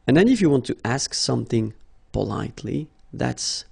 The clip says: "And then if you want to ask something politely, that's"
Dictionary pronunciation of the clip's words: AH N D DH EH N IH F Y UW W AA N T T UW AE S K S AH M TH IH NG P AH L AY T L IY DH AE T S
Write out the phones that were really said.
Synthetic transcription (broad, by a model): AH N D DH EH N IH F Y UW W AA N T T UW AE S K S AH M TH IH NG P AH L AY T L IY DH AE T S